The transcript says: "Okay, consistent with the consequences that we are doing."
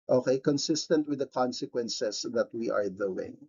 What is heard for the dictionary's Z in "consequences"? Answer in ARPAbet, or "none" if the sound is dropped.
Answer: S